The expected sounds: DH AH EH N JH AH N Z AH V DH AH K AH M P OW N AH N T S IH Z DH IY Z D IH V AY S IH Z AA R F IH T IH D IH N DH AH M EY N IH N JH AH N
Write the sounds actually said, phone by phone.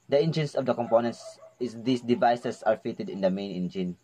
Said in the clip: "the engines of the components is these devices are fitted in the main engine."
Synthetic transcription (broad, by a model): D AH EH N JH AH N S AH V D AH K AH M P OW N AH N T S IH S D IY S D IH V AY S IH S AA R F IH T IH D IH N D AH M EY N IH N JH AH N